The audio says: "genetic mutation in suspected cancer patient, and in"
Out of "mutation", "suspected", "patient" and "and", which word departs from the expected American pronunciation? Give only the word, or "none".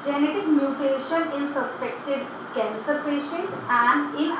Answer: patient